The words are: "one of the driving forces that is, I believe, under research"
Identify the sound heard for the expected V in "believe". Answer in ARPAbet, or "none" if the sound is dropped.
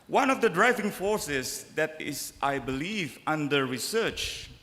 V